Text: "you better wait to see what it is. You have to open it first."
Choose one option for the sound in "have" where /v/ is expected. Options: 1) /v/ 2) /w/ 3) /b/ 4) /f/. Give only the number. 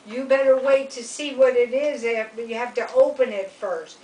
4